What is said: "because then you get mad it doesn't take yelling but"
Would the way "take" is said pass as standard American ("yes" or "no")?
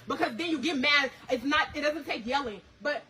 no